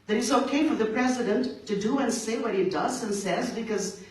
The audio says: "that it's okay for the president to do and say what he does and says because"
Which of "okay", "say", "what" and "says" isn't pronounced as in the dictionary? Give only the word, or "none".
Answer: none